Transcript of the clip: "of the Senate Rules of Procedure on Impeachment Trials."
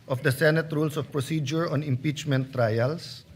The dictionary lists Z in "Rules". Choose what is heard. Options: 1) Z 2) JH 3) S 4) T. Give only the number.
3